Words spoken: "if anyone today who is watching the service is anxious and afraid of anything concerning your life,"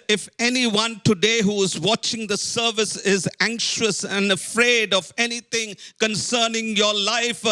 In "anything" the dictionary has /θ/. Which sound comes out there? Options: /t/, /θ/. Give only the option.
/t/